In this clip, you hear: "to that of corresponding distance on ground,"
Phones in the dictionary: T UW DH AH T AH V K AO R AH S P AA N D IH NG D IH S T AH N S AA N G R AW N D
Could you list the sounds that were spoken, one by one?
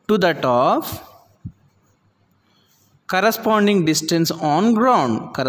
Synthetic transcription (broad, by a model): T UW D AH T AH P K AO R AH S P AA N D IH NG D IH S T AH N S AA N G R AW N D